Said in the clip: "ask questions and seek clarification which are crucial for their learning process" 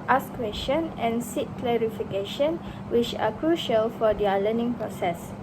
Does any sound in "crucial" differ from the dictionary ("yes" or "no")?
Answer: no